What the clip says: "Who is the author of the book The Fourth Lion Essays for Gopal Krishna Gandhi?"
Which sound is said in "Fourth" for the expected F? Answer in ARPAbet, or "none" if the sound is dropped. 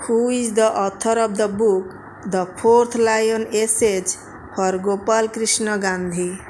P